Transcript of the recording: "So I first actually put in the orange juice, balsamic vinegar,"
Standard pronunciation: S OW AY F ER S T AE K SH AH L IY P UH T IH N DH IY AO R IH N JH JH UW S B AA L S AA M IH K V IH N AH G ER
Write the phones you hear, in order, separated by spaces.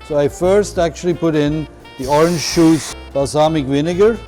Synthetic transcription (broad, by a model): S OW AY F ER S T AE K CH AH L IY P UH T IH N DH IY AO R IH N JH SH UW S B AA S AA M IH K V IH N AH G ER